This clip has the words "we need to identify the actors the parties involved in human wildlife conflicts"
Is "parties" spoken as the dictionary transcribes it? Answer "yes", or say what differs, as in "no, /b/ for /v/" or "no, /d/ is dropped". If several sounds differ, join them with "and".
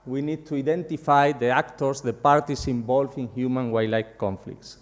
no, /s/ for /z/